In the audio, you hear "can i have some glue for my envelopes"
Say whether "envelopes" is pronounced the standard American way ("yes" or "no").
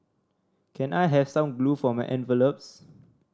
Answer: yes